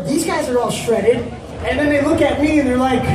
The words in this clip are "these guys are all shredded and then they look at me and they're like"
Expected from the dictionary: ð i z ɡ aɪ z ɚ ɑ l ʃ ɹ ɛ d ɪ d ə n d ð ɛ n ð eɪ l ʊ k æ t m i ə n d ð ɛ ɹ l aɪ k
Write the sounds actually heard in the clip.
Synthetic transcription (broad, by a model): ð i z ɡ aɪ z ɚ ɑ l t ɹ ɛ d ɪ d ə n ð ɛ n ð eɪ l ʊ k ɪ t m i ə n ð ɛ ɹ l aɪ k